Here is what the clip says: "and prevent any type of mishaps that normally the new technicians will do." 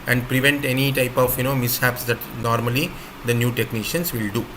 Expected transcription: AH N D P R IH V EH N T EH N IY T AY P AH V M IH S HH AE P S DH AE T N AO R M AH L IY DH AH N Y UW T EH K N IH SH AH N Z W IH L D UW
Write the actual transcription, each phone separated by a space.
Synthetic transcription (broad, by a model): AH N D P R IH V EH N T EH N IY T AY P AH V M IH S HH AE P S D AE T N AO R M AH L IY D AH N Y UW T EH K N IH SH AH N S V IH L D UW